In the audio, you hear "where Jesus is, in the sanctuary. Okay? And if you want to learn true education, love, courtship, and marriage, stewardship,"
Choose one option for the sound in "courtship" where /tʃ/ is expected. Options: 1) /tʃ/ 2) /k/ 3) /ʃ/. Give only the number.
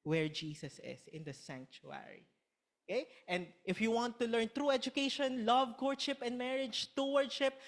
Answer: 3